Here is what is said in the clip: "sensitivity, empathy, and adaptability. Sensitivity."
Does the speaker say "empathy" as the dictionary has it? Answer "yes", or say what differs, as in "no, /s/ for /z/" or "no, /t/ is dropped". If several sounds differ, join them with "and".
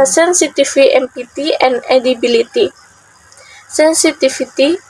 no, /t/ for /θ/